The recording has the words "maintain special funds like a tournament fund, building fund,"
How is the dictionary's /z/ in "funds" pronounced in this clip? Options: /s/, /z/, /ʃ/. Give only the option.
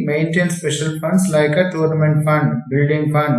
/s/